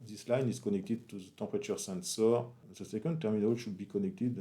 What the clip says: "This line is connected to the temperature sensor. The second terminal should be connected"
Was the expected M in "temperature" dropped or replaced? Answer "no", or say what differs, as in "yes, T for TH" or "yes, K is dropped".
yes, M is dropped